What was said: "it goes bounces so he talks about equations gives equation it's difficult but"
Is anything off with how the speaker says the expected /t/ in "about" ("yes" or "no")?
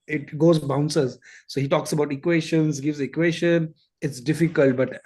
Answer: no